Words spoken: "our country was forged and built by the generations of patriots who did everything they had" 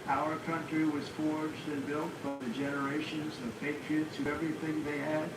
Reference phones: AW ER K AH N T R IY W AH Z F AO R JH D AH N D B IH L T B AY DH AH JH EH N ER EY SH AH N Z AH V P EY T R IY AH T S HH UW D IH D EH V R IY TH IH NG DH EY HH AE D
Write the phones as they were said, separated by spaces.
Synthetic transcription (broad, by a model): AW ER K AH N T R IY W AH Z F AO R JH D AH N B IH L T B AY DH AH JH EH N ER EY SH AH N Z AH V P EY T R IY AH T S HH UW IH EH V R IY TH IH NG DH EY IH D